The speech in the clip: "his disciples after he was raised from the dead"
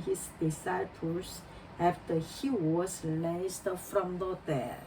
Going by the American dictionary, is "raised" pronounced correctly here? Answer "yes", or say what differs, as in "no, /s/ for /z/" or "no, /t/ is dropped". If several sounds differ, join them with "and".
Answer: no, /l/ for /ɹ/